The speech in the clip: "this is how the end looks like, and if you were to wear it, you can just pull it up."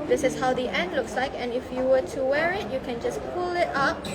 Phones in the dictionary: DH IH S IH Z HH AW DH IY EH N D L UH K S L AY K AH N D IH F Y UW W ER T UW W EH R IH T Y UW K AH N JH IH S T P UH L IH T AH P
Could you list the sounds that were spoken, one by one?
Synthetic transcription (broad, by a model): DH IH S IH S HH AW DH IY EH N D L UH K S L AY K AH N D IH F Y UW W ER T UW W EH R IH T Y UW K AH N JH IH S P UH L IH T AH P